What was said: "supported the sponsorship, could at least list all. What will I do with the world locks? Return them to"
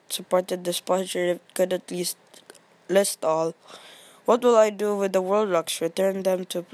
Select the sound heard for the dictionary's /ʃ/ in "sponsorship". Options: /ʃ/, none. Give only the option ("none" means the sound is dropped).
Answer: none